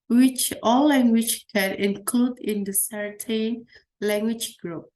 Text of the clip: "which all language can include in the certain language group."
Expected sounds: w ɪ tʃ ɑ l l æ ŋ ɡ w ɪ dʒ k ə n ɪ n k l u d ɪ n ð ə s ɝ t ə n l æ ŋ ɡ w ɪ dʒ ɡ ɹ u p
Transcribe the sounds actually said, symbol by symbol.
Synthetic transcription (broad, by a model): w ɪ tʃ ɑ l l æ ŋ ɡ w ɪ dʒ k ə n ɪ n k l u d ɪ n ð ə s ɝ t ə n l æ ŋ ɡ w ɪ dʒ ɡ ɹ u p